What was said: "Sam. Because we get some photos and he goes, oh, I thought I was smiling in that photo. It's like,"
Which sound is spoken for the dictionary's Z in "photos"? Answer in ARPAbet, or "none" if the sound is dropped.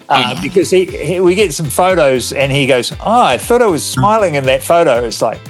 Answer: Z